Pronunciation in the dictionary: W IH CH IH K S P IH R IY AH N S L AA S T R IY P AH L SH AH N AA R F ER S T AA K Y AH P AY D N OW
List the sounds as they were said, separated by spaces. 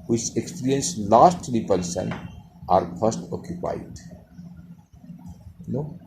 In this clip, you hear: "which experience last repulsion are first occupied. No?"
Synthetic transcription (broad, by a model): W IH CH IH K S P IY R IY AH N S L AA S T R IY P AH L S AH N AA R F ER S T AA K Y AH P AY D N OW